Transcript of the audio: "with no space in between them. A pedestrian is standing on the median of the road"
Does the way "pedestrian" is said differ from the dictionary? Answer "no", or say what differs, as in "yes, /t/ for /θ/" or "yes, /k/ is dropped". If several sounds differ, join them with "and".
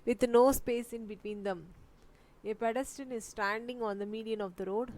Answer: yes, /ɹ/ is dropped